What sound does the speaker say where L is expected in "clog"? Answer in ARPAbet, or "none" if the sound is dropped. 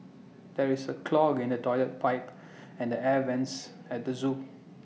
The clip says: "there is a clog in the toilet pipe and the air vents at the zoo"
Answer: L